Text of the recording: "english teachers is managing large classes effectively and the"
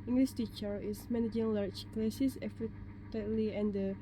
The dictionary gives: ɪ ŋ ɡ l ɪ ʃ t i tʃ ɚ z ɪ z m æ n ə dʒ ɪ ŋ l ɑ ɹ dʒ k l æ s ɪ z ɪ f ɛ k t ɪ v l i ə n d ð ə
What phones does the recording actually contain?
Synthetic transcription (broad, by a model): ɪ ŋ ɡ l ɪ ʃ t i tʃ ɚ ɪ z m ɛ n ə dʒ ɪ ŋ l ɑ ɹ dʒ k l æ s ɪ s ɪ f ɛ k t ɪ l i ə n d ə